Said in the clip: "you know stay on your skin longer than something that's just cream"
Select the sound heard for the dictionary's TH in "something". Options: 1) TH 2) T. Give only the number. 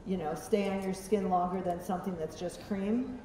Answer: 1